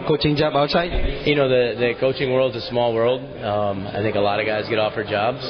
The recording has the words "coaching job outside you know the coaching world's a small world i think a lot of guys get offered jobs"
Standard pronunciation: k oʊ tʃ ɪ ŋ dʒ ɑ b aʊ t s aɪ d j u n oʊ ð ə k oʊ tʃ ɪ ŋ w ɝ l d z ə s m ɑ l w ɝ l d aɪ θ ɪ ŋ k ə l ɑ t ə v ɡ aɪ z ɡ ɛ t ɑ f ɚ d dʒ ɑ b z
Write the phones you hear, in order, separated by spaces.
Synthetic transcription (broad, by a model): k oʊ tʃ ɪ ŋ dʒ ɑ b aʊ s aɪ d j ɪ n oʊ ð ə k oʊ tʃ ɪ ŋ w ɝ l d z ə s m ɑ l w ɝ l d aɪ θ ɪ ŋ k ə l ɑ t ə v ɡ aɪ z ɡ ɛ t ɑ f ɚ dʒ ɑ b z